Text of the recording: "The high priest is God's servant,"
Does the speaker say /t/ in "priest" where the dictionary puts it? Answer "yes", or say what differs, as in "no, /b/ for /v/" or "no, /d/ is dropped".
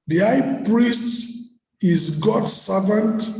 yes